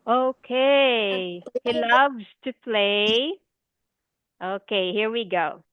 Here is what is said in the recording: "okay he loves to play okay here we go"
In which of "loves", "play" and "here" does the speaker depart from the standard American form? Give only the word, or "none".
none